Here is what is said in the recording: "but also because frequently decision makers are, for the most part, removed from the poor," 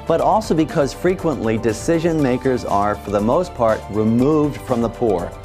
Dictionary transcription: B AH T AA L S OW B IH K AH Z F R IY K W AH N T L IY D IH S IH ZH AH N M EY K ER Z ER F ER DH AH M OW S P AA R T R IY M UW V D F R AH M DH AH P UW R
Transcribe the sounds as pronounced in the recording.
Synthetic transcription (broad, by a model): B AH T AA L S OW B IH K AH Z F R IY K W AH N T L IY D IH S IH ZH AH N M EY K ER Z ER F ER DH AH M OW S P AA R T R IY M UW V D F R AH M DH AH P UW R